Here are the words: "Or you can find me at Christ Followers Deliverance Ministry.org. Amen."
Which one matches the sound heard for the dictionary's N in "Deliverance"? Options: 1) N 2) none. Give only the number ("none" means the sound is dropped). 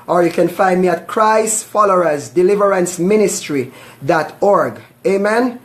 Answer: 1